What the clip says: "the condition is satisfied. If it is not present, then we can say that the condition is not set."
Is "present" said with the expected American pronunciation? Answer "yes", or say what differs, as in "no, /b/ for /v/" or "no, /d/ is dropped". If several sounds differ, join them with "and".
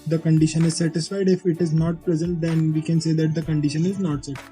no, /l/ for /ɹ/